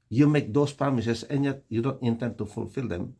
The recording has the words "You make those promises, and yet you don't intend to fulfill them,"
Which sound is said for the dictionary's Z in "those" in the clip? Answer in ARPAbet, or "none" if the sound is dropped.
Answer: S